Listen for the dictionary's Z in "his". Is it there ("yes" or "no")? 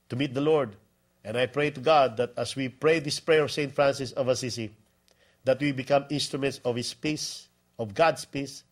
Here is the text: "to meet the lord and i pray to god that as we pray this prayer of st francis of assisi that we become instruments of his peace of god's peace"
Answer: no